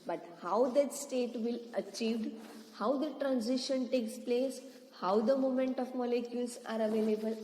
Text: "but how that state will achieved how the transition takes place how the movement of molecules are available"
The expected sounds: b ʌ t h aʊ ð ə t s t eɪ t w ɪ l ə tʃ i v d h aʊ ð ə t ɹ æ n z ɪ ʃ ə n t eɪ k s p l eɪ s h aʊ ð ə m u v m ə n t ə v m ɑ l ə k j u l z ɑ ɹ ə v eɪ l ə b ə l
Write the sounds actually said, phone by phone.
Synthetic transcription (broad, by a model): b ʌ t h aʊ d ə t s t eɪ t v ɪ l ə tʃ i v d h aʊ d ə t ɹ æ n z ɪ ʃ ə n t eɪ k s p l eɪ s h aʊ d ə m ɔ m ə n t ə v m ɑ l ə k j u l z ɑ ɹ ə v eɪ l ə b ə l